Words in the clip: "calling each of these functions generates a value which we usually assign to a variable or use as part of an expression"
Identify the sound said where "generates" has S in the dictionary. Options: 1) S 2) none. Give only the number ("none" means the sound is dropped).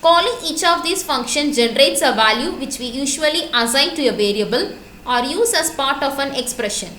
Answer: 1